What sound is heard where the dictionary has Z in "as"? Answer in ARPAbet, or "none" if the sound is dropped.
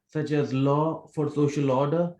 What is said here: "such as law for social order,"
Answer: Z